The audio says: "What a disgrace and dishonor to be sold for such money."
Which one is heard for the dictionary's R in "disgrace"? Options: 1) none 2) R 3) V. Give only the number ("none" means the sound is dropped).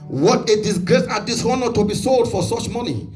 2